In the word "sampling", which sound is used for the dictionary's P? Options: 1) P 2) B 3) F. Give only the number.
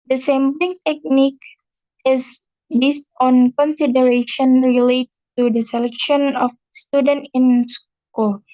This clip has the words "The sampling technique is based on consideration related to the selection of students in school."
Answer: 2